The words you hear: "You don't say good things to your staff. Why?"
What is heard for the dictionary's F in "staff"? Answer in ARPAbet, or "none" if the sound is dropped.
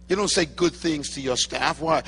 F